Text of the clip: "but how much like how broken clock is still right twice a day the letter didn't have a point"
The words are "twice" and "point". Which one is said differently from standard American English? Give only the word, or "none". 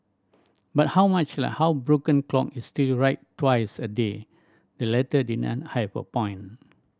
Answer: point